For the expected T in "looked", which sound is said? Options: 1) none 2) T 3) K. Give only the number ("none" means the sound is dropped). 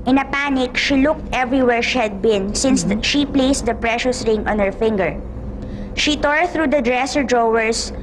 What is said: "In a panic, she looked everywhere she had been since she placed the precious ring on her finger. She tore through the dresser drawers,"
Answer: 2